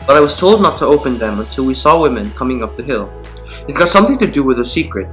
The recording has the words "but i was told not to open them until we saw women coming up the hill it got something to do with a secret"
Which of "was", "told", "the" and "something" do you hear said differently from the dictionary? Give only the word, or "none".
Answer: none